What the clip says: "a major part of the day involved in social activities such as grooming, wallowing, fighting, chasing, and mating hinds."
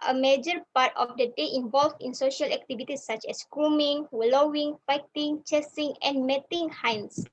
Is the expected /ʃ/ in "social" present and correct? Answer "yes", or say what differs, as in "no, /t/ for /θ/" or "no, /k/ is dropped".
yes